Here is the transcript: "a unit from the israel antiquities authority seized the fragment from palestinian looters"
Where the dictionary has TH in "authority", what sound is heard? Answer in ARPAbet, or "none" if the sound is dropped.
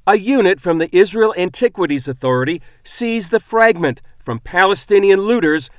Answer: TH